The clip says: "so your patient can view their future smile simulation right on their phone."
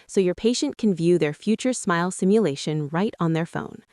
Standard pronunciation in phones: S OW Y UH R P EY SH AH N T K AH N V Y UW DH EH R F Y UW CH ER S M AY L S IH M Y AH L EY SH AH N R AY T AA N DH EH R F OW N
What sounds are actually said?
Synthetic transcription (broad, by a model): S OW Y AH R P EY SH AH N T K N V Y UW DH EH R F Y UW CH ER S M AY L S IH M Y AH L EY SH AH N R AY T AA N DH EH R F OW N